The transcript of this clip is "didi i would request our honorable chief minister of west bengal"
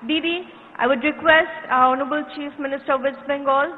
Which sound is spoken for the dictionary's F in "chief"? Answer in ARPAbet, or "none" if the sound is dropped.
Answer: F